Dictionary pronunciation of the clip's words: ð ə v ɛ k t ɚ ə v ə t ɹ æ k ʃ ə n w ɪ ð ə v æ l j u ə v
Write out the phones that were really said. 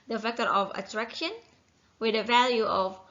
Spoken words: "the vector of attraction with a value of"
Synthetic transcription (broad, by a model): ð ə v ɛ k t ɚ ə v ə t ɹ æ k ʃ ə n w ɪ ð ə v æ l j u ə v